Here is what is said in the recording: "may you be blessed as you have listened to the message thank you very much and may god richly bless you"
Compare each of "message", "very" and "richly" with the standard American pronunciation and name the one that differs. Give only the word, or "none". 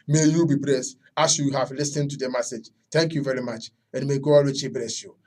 richly